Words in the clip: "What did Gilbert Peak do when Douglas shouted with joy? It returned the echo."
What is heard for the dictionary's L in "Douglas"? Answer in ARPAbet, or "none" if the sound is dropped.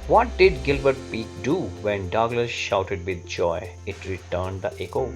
L